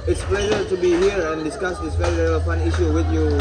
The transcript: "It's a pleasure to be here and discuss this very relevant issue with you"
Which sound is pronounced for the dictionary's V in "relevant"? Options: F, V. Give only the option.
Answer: F